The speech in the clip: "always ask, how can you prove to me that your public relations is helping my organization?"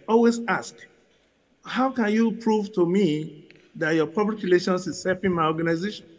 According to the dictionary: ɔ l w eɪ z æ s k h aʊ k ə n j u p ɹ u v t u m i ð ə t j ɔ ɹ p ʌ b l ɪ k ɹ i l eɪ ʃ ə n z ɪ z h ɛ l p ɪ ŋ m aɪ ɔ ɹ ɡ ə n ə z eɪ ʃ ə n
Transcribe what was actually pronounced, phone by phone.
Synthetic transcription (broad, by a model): ɔ l w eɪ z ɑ s k h aʊ k ə n j u p ɹ u v t u m i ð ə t j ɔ p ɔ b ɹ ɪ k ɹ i l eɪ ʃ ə n s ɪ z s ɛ p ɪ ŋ m aɪ ɔ ɡ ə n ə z eɪ ʃ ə n